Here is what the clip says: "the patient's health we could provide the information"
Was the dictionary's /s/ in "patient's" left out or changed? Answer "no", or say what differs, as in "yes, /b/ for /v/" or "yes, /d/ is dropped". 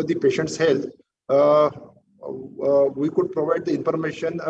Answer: no